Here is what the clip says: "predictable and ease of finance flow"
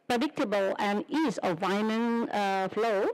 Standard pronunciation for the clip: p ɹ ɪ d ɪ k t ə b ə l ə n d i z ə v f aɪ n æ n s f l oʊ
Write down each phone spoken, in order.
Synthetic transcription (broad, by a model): p ɹ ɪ d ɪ k t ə b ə l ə n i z ə v aɪ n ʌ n f l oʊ